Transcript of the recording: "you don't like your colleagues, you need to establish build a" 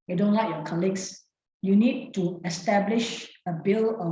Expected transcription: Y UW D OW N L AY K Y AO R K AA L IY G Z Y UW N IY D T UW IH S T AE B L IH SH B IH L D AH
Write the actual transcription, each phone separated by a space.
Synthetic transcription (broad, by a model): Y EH D OW N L AY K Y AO K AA L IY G S Y UW N IY D T UW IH S T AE B L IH SH B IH L AH